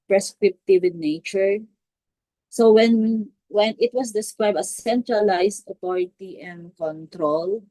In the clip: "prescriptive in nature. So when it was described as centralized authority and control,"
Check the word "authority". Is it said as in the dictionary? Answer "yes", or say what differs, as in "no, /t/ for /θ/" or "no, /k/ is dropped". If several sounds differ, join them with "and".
no, /t/ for /θ/